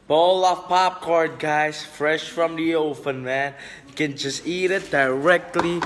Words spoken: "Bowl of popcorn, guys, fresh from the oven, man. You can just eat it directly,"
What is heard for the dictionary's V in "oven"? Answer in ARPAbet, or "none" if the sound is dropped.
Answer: P